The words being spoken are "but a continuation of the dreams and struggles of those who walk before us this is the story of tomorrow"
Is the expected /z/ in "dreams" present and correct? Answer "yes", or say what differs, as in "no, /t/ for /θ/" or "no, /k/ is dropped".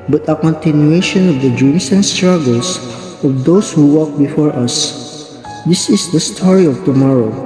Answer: no, /s/ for /z/